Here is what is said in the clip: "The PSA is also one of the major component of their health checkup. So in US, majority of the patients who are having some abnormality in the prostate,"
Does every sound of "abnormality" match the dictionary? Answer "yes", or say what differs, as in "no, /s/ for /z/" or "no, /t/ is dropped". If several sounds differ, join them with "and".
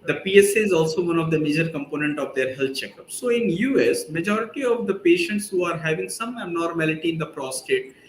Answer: no, /b/ is dropped